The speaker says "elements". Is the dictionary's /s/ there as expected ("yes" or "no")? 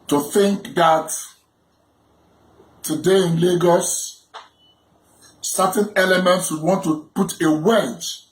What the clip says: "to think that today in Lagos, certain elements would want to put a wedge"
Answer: yes